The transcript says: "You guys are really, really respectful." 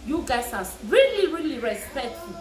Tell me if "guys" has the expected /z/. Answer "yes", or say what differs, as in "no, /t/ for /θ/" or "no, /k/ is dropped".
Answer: no, /s/ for /z/